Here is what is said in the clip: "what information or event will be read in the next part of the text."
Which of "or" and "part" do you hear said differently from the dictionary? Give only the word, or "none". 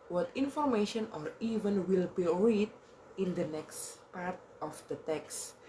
none